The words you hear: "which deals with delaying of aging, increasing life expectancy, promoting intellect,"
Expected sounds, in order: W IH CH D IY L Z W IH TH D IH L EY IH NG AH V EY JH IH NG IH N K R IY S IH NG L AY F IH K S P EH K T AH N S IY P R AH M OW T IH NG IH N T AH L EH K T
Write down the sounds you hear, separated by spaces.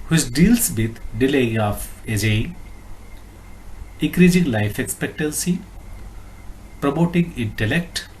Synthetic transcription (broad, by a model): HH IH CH D IY L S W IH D D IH L EY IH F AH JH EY IH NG K R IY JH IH NG L AY F IH K S P EH K T AH N S IY P R AH M OW T IH NG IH N T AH L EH K T